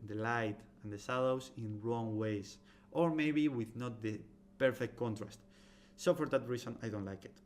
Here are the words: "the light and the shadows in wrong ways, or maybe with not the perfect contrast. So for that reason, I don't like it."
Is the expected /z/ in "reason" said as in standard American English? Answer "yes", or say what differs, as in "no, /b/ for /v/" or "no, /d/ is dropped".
no, /s/ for /z/